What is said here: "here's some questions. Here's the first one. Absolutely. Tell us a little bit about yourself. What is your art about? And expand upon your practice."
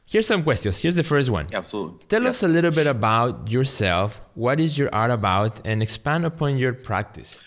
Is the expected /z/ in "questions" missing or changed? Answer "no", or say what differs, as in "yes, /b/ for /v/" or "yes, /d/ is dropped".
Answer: yes, /s/ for /z/